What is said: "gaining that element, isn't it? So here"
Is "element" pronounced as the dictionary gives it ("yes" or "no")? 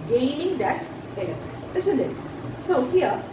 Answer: no